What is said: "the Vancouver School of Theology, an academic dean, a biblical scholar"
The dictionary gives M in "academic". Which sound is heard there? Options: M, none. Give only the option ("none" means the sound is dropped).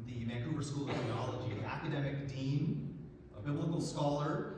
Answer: M